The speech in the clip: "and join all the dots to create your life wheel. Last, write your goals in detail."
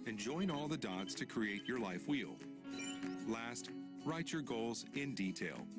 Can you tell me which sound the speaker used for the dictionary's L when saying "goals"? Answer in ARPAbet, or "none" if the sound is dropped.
L